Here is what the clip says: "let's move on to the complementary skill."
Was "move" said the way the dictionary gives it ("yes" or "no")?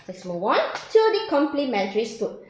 no